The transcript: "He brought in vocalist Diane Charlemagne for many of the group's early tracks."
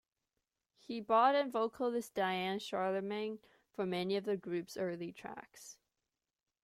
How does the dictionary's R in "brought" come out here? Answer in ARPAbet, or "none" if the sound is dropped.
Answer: none